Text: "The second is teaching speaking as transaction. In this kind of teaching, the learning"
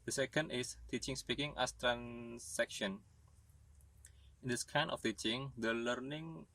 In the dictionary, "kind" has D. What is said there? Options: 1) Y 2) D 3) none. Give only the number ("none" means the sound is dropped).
3